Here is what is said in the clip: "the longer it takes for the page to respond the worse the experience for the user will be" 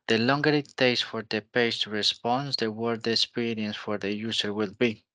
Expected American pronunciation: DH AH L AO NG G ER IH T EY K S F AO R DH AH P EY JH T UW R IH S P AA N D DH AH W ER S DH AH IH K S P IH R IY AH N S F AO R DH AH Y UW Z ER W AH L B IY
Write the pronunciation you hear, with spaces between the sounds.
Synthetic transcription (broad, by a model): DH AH L AO NG G ER IH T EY S F AO R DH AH P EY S T UW R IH S P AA N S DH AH W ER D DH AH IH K S P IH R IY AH N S F AO R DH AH Y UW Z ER W AH L B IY